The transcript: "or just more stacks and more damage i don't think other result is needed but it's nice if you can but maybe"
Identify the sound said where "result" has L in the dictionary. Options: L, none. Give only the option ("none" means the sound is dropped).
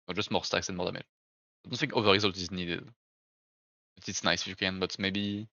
L